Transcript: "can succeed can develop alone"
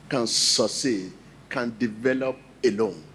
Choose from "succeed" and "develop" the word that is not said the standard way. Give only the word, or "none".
succeed